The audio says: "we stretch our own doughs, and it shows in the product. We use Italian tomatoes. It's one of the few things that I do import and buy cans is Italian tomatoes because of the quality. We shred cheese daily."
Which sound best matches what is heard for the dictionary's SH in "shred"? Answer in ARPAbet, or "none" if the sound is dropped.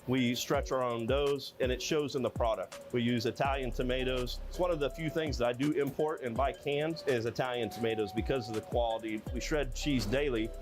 SH